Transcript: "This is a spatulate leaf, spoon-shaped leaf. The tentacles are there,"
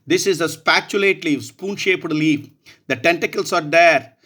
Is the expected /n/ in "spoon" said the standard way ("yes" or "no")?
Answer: yes